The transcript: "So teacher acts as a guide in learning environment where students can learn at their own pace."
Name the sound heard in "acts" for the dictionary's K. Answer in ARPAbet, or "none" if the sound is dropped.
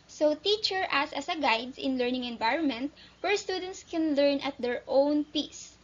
none